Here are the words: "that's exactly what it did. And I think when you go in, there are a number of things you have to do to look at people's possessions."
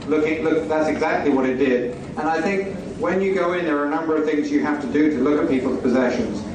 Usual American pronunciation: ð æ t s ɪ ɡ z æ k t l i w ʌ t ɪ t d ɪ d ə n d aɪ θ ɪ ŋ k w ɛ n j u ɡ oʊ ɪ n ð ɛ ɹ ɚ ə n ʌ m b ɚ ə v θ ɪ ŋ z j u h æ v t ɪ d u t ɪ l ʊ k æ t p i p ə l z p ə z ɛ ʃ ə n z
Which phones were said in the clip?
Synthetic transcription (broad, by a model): ð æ t s ɪ ɡ z æ k t l i w ʌ t ɪ t d ɪ d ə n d aɪ θ ɪ ŋ k w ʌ n j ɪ ɡ oʊ ɪ n ð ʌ ɹ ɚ ə n ʌ m b ɚ ə v θ ɪ ŋ z j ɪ h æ f t ɪ d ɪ t ɪ l ʊ k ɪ t p i p l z p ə z ɛ ʃ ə n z